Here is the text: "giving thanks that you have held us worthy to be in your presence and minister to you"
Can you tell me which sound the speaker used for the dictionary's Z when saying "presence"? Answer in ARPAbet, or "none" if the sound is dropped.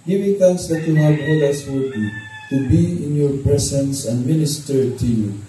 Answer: S